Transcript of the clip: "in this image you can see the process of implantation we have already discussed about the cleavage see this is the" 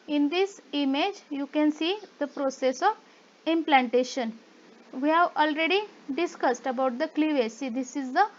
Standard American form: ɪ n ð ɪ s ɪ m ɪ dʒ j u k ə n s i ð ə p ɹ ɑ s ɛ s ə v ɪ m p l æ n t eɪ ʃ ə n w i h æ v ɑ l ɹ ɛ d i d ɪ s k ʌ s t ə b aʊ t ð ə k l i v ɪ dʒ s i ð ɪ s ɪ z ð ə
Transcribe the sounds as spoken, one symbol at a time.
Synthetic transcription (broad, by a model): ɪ n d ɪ s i m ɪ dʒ j u k ə n s i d ə p ɹ ɑ s ɛ s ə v ɪ m p l æ n t eɪ ʃ ə n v i h æ v ɑ l ɹ ɛ d i d ɪ s k ʌ s t ə b aʊ t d ə k l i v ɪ s i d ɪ s ɪ z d ə